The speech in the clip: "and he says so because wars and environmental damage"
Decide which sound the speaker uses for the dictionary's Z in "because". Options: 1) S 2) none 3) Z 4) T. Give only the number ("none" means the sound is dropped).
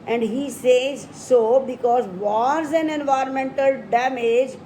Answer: 3